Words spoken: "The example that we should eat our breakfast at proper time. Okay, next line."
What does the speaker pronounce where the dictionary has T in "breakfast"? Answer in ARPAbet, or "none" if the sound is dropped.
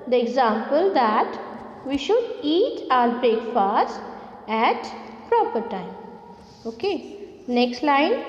none